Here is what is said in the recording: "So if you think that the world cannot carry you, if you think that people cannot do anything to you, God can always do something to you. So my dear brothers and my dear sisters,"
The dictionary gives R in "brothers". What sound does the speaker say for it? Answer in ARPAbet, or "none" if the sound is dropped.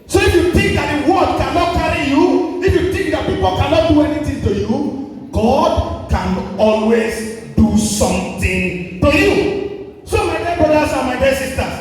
none